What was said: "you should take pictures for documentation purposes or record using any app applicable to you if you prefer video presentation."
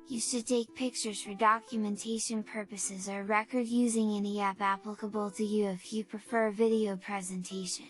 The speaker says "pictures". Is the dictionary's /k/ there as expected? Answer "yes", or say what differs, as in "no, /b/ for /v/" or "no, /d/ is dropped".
yes